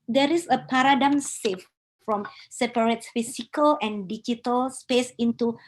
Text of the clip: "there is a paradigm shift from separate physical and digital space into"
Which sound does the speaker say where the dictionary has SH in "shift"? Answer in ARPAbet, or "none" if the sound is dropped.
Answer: S